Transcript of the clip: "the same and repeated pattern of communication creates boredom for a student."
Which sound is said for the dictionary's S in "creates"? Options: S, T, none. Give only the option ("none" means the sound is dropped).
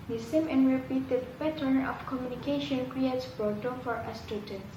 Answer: S